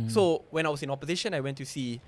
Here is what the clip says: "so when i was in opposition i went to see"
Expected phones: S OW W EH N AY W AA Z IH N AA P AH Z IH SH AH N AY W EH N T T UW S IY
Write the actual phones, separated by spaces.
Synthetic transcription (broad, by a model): S OW W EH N AY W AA S IH N AA P AH Z IH SH AH N AY W EH N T T UW S IY